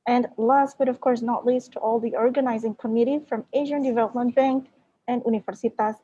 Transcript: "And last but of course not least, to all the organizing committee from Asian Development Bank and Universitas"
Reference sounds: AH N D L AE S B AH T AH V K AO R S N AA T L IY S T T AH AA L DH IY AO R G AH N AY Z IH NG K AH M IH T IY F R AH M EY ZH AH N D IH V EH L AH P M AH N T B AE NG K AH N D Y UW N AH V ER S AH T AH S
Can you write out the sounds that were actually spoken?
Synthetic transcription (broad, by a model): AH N D L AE S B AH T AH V K AO R S N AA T L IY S T T AA L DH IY AO R G AH N AY Z IH NG K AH M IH T IY F R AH M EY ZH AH N D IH V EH L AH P M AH N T B AE NG K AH N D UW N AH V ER S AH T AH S